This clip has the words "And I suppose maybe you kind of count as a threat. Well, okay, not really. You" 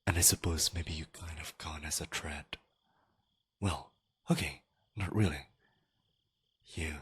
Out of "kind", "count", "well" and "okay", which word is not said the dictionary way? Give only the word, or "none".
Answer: count